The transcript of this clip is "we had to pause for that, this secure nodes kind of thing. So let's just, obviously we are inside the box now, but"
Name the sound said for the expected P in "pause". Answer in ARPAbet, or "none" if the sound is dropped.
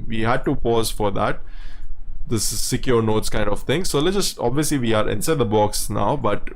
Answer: P